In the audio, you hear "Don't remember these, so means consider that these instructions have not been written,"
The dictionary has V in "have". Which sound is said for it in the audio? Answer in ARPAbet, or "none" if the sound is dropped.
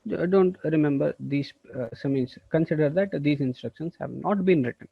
V